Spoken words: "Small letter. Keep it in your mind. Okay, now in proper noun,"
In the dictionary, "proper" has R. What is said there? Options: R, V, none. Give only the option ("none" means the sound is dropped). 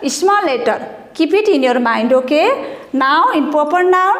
none